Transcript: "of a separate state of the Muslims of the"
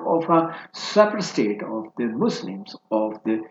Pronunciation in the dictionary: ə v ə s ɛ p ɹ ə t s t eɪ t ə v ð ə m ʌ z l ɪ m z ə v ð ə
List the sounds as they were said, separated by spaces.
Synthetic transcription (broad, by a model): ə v ə s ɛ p ə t s t eɪ t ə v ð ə m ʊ s l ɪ m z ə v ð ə